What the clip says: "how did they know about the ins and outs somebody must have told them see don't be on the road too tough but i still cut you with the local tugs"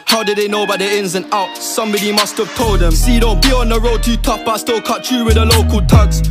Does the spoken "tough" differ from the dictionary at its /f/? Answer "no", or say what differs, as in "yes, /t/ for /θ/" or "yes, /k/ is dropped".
yes, /p/ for /f/